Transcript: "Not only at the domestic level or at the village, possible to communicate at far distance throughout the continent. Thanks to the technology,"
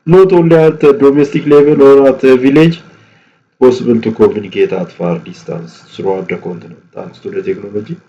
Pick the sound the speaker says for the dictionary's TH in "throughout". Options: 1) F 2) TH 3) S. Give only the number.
3